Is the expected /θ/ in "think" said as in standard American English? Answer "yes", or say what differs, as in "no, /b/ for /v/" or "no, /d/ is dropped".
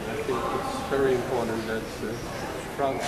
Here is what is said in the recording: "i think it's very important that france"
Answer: yes